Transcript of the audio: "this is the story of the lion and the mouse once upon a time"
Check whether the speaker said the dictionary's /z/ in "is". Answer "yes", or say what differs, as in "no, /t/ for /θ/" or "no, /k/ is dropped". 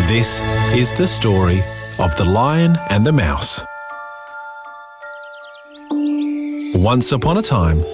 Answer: yes